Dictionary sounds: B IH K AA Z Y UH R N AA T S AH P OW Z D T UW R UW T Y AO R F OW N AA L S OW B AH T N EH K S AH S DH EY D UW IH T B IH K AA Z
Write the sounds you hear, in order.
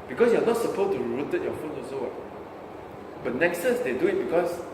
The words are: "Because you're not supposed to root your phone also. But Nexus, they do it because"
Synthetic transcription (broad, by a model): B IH K AA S Y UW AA N AA T S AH P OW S T UW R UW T Y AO F OW N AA S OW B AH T N EH K S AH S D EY D UW IH T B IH K AA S